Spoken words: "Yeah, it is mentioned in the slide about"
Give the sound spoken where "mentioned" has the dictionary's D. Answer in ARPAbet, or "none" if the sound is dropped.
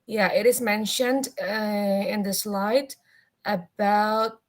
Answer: D